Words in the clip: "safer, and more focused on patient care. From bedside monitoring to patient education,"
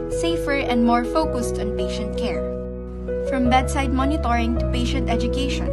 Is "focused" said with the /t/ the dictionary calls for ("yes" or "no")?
yes